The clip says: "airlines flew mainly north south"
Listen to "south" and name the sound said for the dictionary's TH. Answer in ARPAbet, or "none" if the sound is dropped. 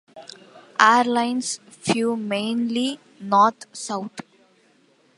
T